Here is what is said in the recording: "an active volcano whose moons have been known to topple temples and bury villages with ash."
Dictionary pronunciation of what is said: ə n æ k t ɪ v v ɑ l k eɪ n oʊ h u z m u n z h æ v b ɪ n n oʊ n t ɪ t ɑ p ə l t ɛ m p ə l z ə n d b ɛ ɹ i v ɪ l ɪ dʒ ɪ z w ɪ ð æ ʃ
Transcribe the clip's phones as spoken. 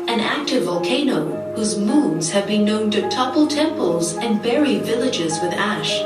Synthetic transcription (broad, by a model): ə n æ k t ɪ v v ɑ l k eɪ n oʊ h u z m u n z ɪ v b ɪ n n oʊ n t ɪ t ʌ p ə l t ɛ m p ə l z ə n b ɛ ɹ i v ɪ l ɪ dʒ ɪ z w ɪ ð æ ʃ